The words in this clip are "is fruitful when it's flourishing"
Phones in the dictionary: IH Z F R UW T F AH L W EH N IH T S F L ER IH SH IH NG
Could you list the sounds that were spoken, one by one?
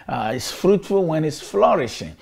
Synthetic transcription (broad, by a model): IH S F R UW T F AH L W EH N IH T S F L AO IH SH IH NG